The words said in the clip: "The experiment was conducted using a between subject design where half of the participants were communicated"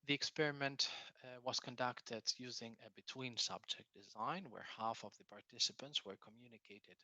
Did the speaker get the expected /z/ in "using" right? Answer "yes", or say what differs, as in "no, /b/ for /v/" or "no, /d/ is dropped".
yes